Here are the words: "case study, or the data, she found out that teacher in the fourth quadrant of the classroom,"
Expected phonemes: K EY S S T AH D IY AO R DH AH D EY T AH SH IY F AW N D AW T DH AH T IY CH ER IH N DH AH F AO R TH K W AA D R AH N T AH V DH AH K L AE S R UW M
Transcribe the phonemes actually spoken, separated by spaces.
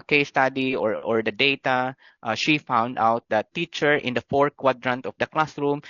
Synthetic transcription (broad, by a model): K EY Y S T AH D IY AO R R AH D EY T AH SH IY F AW N D AW T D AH T IY CH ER IH N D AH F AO R K W AA D R AH N T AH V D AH K L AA S R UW M